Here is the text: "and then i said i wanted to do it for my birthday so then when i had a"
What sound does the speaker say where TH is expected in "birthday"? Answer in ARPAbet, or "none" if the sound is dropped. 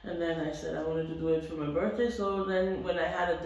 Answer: TH